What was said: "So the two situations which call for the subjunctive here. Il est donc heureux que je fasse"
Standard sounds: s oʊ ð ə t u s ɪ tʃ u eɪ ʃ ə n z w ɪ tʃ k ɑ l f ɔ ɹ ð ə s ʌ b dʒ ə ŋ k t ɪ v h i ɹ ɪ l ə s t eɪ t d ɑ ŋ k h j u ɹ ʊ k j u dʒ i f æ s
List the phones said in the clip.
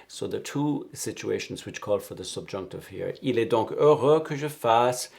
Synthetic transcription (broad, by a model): s oʊ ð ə t u s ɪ tʃ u eɪ ʃ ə n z w ɪ tʃ k ɑ l f ɔ ɹ ð ə s ʌ b dʒ ə ŋ k t ɪ v h i ɹ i l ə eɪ d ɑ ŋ k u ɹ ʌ k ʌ ʒ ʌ f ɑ s